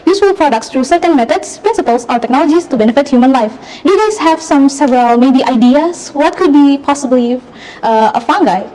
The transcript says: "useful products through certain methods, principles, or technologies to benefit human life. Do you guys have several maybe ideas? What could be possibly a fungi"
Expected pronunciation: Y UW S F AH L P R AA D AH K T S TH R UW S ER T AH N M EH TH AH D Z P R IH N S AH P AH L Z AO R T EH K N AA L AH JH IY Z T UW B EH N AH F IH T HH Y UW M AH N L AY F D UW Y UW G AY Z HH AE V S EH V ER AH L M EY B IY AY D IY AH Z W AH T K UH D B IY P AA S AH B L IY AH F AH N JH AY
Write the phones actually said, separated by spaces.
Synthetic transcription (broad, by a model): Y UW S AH L P R AA D AH K T S T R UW S ER T AH N M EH T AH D S P R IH N S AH P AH L S AO R T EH K N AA L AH JH IY S T UW B EH N AH F IH T HH Y UW M AH N L AY F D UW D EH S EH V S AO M S EH V ER AH L M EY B IY AY D IY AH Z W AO T K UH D B IY P AA S AH B L IY AH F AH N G AY